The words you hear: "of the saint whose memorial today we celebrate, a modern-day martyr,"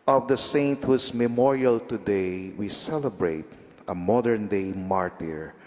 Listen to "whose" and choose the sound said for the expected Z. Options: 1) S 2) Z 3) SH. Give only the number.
1